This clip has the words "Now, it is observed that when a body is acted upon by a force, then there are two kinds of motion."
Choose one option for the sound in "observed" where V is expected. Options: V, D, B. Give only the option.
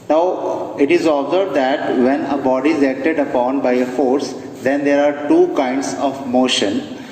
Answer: B